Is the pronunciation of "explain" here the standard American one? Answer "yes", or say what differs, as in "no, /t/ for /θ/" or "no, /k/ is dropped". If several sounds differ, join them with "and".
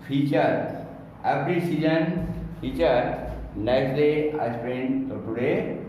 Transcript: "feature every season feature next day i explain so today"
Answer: no, /k/ is dropped